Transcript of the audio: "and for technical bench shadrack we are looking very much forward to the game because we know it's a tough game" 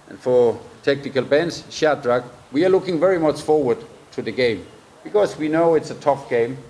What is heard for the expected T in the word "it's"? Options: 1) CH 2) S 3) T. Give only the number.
3